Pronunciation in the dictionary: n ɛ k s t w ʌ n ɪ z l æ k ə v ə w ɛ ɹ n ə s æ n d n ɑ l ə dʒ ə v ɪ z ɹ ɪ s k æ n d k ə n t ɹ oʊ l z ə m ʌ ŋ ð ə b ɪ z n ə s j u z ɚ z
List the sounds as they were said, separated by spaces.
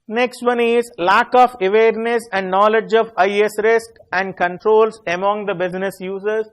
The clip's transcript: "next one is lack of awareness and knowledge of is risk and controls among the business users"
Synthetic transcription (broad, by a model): n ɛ k s t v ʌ n ɪ z l æ k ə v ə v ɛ ɹ n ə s æ n d n ɑ l ə dʒ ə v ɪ s ɹ ɪ s k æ n d k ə n t ɹ oʊ l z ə m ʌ ŋ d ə b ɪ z n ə s j u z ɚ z